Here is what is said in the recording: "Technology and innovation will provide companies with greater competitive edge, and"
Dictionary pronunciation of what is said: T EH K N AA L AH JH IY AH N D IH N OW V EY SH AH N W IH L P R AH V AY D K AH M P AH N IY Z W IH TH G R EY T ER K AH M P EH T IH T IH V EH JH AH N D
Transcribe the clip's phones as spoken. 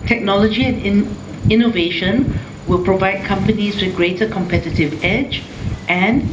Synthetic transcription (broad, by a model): T EH K N AA L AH JH IY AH N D IH N OW V EY SH AH N W IH L P R AH V AY D K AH M P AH N IY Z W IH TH G R EY T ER K AH M P EH T IH T IH V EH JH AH N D